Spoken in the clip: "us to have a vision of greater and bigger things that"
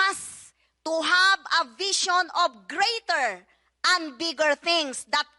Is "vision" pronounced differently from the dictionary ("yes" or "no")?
yes